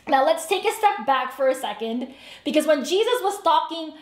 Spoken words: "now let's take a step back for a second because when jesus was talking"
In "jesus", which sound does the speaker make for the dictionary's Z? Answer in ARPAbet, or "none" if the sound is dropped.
Z